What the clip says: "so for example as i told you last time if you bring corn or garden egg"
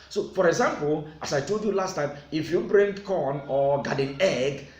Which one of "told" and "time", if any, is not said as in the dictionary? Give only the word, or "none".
none